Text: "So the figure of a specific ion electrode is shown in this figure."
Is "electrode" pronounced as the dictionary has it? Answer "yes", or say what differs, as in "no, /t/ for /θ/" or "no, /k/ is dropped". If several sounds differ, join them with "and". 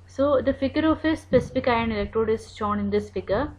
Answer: yes